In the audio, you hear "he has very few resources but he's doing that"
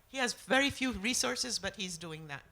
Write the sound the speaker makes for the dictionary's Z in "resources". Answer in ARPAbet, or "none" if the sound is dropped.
Z